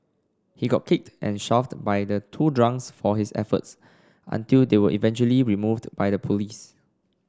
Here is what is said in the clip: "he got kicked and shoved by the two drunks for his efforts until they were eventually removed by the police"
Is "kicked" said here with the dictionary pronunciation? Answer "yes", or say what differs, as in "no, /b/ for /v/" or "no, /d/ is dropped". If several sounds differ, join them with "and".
yes